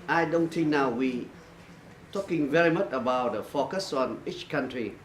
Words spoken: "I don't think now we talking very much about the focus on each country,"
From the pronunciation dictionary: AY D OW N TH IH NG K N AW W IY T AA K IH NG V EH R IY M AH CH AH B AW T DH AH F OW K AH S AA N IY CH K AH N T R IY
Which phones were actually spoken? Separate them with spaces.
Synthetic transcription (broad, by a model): AY D OW N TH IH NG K N AW W IY T AA K IH NG V EH R IY M AH CH AH B AW T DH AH F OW K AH S AA N IY CH K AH N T R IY